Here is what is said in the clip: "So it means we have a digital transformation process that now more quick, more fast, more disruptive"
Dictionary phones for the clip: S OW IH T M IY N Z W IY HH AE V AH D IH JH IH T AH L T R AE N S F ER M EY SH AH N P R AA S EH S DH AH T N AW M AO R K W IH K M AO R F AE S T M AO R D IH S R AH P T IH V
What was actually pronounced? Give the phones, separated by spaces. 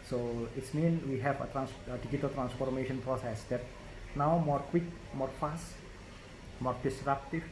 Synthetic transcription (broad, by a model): S OW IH T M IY N W IY HH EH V AH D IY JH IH T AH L T R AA N S F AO M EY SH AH N P R AA S EH S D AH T N AW M AO R K W IH K M AO R F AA S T M AO R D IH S R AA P T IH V